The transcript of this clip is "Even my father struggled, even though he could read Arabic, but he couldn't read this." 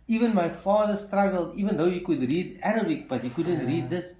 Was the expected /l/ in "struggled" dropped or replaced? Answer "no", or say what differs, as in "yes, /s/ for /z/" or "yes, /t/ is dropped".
no